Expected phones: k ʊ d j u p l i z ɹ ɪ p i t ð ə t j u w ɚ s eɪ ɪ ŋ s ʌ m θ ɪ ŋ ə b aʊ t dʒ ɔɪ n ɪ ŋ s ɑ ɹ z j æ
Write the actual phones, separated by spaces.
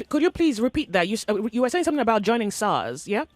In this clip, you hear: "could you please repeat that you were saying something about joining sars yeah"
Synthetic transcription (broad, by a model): k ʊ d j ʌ p l i z ɹ ɪ p i t ð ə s j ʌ w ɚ s eɪ ɪ ŋ s ʌ m θ ɪ ŋ ə b aʊ t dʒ ɔɪ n ɪ ŋ s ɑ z j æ